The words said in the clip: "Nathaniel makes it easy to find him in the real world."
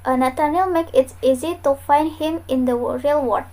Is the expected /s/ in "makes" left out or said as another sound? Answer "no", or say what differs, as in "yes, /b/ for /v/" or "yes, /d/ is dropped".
yes, /s/ is dropped